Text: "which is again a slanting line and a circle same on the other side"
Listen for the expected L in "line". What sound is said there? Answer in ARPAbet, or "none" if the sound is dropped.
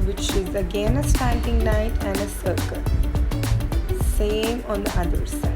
N